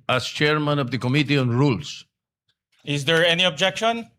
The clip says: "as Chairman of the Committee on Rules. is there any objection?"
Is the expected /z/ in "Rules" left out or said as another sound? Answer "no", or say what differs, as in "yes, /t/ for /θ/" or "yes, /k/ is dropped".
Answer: yes, /s/ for /z/